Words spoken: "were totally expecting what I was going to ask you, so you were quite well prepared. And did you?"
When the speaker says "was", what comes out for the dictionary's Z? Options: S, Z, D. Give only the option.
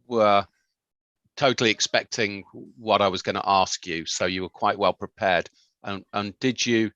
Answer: Z